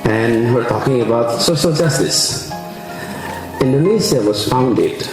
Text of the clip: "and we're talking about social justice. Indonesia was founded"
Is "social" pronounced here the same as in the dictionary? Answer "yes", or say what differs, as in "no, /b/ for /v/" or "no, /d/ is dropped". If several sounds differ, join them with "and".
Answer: no, /s/ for /ʃ/